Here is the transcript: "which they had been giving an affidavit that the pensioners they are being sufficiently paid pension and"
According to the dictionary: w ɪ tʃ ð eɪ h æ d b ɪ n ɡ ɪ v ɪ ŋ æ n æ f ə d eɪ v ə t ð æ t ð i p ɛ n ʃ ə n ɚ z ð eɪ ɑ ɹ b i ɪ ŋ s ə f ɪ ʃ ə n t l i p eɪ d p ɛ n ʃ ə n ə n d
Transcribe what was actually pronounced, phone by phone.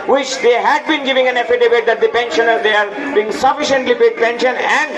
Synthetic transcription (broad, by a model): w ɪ tʃ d eɪ h æ d b ɪ n ɡ ɪ v ɪ ŋ æ n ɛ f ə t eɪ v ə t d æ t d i p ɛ n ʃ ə n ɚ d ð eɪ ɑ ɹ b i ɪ ŋ s ə f ɪ ʃ ə n t l i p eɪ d p ɛ n ʃ ə n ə n d